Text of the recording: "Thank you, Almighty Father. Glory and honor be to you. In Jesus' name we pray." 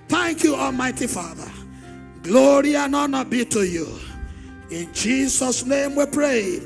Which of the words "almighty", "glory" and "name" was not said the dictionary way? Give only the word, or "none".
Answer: none